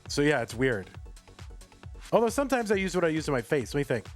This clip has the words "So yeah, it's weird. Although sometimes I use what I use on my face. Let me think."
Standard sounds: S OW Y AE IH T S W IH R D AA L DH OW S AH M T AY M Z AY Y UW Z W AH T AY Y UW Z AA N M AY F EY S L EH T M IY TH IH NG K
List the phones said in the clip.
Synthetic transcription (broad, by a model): S OW Y AE IH T S W IH R D AA L DH OW S AH M T AY M Z AY Y UW Z W AH T AY Y UW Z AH M AY F EY S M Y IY TH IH NG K